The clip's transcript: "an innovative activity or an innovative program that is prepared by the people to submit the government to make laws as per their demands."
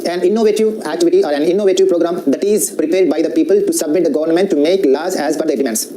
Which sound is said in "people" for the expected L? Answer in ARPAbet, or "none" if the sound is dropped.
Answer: L